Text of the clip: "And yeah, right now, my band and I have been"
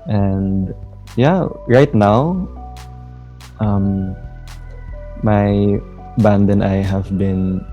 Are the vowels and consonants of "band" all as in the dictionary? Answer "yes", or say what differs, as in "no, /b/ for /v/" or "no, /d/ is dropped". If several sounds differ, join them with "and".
yes